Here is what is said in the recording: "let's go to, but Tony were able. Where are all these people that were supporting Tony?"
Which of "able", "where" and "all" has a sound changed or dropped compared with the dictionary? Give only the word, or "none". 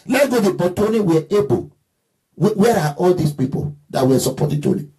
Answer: able